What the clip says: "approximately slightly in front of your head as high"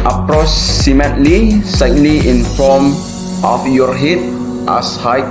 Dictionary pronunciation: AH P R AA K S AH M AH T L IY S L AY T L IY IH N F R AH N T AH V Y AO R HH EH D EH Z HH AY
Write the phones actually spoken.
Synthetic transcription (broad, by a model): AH P R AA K S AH M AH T L IY S L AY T L IY IH N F AO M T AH F Y AO R HH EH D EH S HH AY